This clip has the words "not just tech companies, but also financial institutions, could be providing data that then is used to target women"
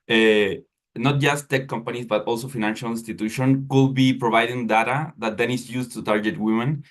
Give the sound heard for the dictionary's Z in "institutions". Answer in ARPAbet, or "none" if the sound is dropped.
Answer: none